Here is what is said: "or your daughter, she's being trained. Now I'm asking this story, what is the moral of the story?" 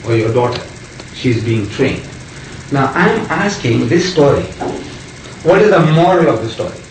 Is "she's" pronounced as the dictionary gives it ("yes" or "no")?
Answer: yes